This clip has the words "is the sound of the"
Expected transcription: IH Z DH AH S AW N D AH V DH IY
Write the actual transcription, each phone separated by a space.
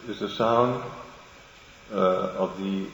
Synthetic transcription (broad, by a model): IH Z DH AH S AW N D AH V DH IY